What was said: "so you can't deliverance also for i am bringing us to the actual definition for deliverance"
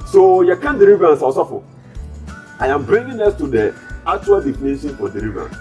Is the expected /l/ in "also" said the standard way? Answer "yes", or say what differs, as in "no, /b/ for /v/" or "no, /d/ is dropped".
no, /l/ is dropped